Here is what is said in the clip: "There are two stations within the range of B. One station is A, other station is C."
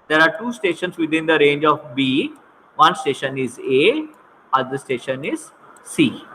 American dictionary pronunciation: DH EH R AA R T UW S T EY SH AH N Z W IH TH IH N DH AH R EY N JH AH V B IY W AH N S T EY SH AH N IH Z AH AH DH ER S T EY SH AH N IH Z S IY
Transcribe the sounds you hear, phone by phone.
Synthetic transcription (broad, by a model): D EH R AA R T UW S T EY SH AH N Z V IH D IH N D AH R EY N JH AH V B IY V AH N S T EY SH AH N IH Z AH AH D ER S T EY SH AH N IH Z S IY